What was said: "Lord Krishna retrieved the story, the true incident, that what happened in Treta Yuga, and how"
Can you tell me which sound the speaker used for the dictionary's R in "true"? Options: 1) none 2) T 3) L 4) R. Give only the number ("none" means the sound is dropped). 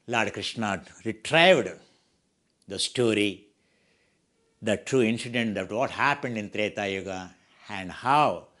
4